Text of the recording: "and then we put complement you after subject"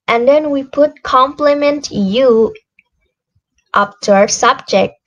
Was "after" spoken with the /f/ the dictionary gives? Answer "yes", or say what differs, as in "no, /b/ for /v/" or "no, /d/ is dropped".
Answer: no, /p/ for /f/